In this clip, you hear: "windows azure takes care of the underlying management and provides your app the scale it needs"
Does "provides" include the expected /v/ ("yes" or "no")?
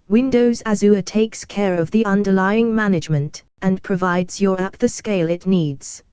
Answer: yes